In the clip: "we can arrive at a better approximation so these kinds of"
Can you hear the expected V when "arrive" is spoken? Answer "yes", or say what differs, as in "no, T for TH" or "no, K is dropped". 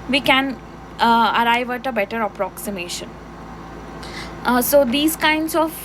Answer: yes